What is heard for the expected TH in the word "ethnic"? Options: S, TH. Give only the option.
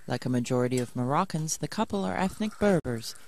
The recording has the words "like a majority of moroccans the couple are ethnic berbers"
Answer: TH